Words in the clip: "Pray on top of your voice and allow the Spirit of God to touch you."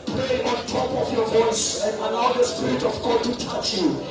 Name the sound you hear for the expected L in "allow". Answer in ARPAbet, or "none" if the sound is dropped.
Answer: N